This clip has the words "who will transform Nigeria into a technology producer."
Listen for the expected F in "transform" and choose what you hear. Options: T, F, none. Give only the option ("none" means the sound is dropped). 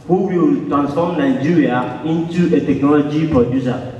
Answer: none